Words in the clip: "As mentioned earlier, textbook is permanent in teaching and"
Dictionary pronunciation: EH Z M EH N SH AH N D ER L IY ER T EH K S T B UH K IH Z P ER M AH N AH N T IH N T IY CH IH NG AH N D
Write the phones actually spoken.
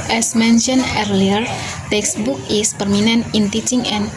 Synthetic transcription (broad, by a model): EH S M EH N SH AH N ER L IY ER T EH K S B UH K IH S P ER M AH N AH N IH N T IY CH IH NG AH N